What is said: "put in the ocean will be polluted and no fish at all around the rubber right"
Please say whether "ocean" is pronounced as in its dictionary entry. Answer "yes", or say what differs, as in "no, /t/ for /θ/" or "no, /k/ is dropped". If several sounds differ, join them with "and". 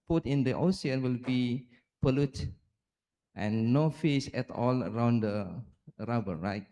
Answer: no, /s/ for /ʃ/